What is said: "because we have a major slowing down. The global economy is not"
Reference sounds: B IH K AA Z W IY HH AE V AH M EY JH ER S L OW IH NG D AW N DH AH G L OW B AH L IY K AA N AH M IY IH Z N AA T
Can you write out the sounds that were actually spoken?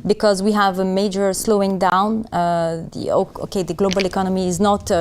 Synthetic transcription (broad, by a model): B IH K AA Z W IY HH AE V AH M EY JH ER S L OW IH NG D AW N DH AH G L OW B AH L IY K AA N AH M IY IH Z N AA T